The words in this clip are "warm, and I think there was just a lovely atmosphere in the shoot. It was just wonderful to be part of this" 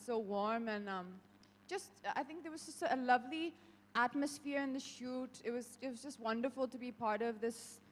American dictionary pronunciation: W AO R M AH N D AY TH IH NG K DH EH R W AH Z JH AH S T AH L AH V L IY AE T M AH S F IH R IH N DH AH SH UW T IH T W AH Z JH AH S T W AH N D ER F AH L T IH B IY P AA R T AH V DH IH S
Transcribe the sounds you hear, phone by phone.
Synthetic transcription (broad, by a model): W AO R M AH N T AY TH IH NG K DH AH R W AH Z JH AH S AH AH L AH V L IY AE T M AH S F IH R IH N DH AH SH UW T IH T W AH Z JH AH S T W AH N D ER F AH L T IH B IY P AA R T AH V DH IH S